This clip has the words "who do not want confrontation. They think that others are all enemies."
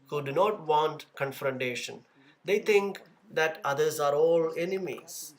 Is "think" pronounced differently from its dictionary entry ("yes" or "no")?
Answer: yes